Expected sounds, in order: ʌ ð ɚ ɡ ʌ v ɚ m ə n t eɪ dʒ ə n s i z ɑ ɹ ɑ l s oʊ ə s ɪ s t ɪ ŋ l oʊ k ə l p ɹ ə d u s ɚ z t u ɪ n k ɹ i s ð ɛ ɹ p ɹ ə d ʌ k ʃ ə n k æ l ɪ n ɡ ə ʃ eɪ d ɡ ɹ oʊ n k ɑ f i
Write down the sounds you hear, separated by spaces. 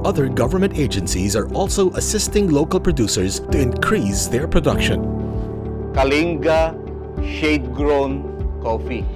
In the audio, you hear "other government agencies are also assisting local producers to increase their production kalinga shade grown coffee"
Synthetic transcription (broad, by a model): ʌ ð ɚ ɡ ʌ v ɚ m ə n t eɪ dʒ ə n s i z ɑ ɹ ɑ l s oʊ ə s ɪ s t ɪ ŋ l oʊ k ə l p ɹ ə d u s ɚ z t u ɪ n k ɹ i s ð ɛ ɹ p ɹ ə d ʌ k ʃ ə n k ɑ l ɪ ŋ ɡ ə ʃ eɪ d ɡ ɹ oʊ n k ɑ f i